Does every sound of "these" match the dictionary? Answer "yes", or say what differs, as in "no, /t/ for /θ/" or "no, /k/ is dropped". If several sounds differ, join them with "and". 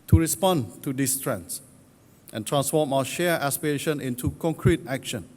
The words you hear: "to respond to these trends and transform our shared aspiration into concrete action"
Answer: no, /s/ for /z/